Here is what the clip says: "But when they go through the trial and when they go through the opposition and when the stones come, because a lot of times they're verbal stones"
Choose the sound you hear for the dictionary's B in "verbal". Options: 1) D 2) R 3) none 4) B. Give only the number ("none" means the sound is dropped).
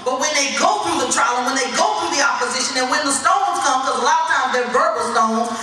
3